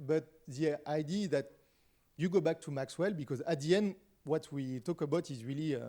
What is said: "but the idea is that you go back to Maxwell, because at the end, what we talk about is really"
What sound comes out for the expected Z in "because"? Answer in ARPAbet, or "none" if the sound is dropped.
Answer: Z